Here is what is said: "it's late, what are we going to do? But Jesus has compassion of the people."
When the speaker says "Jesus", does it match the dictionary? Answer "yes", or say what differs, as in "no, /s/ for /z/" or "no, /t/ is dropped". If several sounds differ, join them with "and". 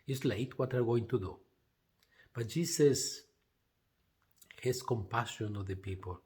no, /s/ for /z/